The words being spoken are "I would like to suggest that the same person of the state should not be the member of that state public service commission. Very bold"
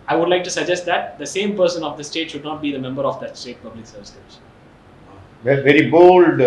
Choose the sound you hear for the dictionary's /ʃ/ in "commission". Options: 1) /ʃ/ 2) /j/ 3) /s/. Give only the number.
3